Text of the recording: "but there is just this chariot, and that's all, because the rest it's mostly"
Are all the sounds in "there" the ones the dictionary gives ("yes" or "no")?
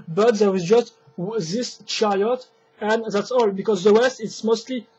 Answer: no